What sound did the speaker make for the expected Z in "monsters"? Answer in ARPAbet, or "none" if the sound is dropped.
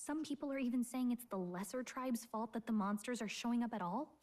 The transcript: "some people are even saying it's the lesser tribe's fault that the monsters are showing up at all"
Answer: Z